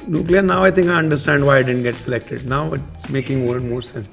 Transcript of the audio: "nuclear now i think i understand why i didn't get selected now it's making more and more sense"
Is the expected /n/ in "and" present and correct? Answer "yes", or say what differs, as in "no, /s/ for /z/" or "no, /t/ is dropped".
no, /l/ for /n/